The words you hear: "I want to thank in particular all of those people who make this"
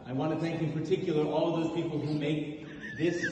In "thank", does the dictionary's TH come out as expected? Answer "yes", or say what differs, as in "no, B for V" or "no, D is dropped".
yes